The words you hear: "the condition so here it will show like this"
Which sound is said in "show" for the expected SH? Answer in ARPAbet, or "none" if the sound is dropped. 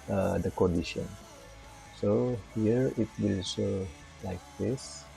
S